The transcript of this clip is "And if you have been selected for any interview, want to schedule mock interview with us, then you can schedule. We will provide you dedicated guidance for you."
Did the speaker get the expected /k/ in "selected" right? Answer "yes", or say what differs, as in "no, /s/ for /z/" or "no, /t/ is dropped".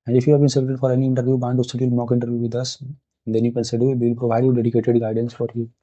no, /k/ is dropped